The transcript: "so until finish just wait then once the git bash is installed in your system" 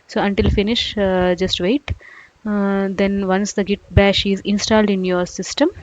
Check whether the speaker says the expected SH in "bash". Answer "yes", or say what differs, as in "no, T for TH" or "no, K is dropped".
yes